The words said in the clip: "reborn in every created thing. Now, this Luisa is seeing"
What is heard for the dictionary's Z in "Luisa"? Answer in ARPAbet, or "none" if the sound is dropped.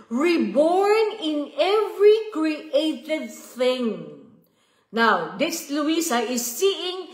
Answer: S